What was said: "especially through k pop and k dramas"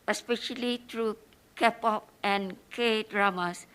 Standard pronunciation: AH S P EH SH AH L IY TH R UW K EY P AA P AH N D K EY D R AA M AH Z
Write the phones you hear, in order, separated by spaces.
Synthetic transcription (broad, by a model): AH S P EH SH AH L IY T R UW K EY P AA P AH N K EY D R AA M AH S